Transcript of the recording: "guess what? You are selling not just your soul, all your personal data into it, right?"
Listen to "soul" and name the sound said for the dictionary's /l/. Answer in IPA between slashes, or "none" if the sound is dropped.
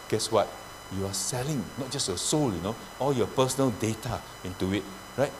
/n/